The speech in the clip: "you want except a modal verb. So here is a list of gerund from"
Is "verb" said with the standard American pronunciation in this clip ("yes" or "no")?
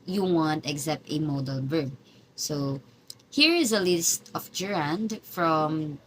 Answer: no